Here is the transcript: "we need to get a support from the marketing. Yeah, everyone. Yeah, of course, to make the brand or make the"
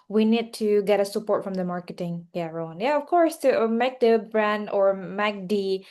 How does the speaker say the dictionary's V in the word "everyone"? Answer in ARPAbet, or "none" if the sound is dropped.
none